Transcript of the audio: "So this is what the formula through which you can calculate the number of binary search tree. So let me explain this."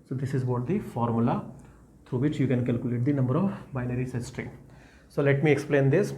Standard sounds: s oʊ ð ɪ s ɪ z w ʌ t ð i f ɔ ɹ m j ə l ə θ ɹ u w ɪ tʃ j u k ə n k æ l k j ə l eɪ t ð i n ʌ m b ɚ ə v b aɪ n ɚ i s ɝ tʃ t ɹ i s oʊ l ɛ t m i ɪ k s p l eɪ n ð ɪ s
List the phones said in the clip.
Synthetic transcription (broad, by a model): s oʊ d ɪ s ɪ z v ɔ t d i f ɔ ɹ m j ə l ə t ɹ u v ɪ tʃ j u k ə n k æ l k j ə l eɪ t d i n ʌ m b ɚ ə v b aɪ n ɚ i s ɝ s t ɹ i s oʊ l ɛ t m i ɪ k s p l eɪ n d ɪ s